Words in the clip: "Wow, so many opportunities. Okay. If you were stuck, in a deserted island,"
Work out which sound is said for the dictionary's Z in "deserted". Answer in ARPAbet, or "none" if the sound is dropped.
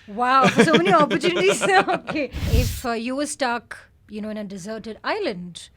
Z